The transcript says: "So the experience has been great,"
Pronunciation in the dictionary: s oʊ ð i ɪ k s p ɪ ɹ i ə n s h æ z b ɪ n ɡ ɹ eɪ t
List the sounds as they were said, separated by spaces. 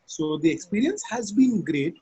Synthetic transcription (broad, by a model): s oʊ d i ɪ k s p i ɹ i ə n s h æ z b ɪ n ɡ ɹ eɪ t